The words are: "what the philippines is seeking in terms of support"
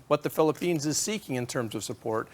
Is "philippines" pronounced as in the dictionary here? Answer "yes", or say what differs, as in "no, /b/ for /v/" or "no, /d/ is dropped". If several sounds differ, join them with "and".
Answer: yes